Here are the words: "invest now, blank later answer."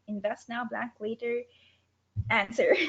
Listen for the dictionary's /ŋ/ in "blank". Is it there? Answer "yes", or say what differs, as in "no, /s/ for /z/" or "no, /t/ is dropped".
no, /ŋ/ is dropped